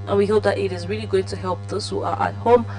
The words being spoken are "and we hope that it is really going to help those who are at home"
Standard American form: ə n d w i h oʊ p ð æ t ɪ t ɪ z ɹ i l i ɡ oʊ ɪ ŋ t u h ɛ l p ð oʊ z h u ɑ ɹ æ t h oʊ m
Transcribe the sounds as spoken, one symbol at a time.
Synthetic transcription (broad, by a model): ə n w i h oʊ p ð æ t ɪ t ɪ z ɹ i l i ɡ oʊ ɪ ŋ t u h ɛ l p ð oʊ s h u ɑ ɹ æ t h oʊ m